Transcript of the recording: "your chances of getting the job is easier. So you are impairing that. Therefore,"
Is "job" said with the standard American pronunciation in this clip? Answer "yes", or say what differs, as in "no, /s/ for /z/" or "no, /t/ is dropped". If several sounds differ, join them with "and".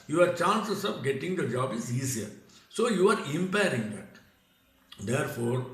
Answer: yes